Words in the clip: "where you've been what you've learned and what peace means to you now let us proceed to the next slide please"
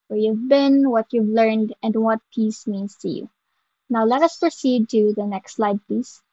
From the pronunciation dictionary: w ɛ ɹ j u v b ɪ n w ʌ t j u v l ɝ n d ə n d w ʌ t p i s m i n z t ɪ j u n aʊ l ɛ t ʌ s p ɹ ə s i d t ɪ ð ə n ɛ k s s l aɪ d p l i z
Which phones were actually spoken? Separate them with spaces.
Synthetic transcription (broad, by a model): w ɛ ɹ j u v b ɪ n w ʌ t j u v l ɝ n d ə n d w ʌ t p i s m i n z t ɪ j u n aʊ l ɛ t ʌ s p ɹ ə s i d t ɪ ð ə n ɛ k s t l aɪ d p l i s